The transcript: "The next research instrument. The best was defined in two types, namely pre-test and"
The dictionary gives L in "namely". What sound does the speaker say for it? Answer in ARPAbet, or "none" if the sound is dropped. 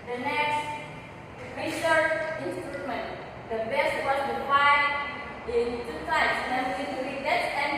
none